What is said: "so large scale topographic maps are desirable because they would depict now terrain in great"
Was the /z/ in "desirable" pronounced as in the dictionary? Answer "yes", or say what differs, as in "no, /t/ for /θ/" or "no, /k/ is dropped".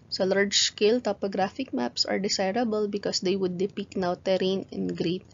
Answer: no, /s/ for /z/